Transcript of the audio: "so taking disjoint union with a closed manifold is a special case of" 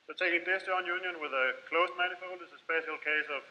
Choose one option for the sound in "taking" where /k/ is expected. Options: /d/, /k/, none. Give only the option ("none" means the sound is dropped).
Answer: none